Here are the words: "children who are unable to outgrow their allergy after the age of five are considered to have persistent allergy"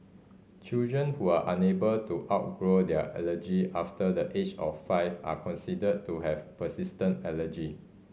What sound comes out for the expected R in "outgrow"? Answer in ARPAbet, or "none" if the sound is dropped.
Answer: R